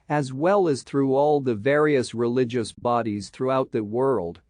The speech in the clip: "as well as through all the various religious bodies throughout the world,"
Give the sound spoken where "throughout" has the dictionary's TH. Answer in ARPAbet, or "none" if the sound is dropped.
TH